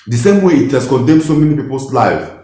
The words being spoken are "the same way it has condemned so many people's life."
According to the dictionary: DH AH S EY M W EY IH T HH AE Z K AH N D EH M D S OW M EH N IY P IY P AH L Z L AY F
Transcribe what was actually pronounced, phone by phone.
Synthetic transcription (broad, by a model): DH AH S EY M W EY IH T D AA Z K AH N D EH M S OW M EH N IY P IY P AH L S L AY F